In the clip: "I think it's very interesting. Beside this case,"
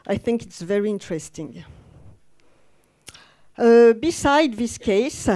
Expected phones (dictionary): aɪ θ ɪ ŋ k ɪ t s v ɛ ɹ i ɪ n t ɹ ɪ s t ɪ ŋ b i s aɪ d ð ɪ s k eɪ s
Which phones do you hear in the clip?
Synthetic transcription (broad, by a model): aɪ θ ɪ ŋ k ɪ t s v ɛ ɹ i ɪ n t ɹ ɪ s t ɪ ŋ b i s aɪ d ð ɪ s k eɪ s